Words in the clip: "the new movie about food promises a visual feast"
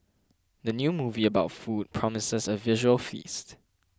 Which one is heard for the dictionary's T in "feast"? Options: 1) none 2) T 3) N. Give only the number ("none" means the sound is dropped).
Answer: 2